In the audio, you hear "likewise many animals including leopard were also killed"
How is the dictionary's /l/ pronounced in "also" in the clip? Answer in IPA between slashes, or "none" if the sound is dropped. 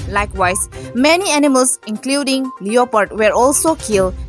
/l/